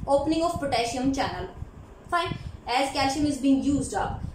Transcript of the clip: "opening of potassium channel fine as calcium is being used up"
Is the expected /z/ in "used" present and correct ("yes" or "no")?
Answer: yes